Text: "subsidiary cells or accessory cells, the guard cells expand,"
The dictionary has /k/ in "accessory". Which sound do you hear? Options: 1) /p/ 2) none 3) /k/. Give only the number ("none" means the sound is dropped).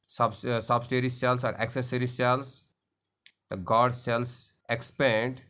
3